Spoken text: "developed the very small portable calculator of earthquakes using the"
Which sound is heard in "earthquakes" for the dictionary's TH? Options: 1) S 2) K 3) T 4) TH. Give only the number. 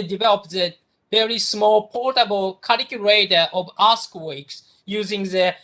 1